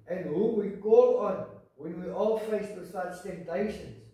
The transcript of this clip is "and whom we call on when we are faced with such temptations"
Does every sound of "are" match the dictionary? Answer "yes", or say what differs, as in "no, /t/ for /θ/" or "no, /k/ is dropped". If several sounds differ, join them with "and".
no, /l/ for /ɹ/